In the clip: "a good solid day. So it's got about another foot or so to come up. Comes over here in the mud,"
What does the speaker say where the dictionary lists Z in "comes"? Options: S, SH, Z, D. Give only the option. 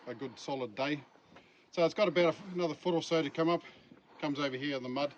Z